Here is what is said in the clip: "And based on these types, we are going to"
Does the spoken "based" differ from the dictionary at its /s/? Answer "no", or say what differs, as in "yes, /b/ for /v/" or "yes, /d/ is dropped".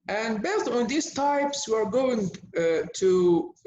yes, /s/ is dropped